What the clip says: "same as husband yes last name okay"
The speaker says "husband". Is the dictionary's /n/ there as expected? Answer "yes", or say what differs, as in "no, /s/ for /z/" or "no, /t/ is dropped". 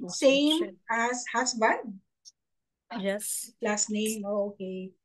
no, /n/ is dropped